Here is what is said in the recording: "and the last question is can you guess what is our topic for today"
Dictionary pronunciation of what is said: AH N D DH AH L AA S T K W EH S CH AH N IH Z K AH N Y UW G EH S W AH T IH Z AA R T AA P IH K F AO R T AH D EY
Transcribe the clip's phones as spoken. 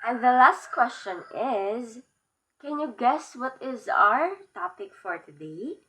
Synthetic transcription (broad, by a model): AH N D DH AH L AA S T K W EH S CH AH N IH Z K AH N Y UW G EH S W AH T IH Z AA R T AA P IH K F AO R T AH D EY